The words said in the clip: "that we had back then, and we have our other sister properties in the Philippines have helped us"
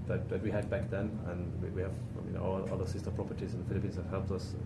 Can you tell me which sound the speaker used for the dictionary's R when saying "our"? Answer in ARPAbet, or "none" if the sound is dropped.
L